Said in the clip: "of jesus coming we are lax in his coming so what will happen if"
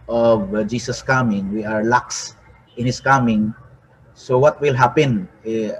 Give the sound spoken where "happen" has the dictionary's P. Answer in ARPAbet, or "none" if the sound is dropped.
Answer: P